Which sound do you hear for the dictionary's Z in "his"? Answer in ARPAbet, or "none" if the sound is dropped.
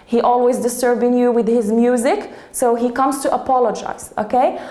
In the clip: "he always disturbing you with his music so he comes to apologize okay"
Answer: Z